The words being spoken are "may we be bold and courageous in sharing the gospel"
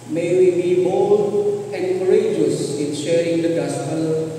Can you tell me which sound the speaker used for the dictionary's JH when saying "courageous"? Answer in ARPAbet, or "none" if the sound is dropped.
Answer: JH